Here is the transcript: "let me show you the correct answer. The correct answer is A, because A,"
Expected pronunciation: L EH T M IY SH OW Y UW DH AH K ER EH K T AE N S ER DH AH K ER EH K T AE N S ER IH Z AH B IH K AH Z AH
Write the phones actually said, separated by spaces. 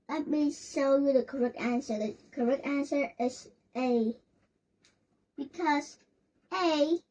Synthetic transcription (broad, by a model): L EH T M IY S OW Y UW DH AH K ER EH K T AE N S ER DH AH K ER EH K T AE N S ER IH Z AH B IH K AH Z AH